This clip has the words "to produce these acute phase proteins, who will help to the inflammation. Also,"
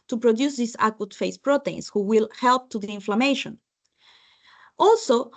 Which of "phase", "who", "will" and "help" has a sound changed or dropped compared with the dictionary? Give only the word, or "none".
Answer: phase